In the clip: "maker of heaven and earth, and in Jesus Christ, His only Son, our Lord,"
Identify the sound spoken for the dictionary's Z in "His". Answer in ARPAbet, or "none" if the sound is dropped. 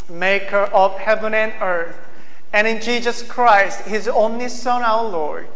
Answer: Z